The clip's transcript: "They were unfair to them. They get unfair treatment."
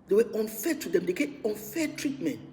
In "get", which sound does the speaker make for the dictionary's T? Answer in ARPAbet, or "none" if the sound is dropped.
none